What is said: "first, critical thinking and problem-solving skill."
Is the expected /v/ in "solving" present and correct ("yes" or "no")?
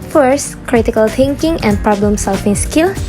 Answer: no